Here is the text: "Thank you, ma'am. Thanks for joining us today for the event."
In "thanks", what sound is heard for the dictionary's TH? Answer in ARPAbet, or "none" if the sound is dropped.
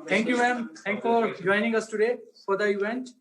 T